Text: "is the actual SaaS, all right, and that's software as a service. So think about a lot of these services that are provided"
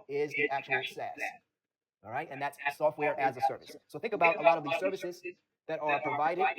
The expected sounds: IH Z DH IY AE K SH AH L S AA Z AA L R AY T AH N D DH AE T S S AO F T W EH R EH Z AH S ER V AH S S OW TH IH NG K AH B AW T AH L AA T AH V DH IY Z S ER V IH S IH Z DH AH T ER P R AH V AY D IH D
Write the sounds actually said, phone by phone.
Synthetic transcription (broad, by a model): IH Z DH IY AE K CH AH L S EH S R AY T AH N DH AE T S S AO F T W EH R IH Z AH S ER V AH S S OW TH IH NG K AH B AW T AH L AA T AH V DH IY Z S ER V IH S IH Z DH AH T ER P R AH V AY D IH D